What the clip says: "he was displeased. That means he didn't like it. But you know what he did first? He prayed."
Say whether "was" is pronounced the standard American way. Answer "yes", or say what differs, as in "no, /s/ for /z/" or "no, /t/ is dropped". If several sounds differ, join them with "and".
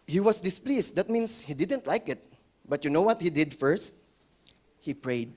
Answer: no, /s/ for /z/